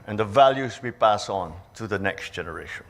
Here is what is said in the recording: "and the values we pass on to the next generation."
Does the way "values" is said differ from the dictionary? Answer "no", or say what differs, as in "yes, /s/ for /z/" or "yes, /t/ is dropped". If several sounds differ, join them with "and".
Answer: no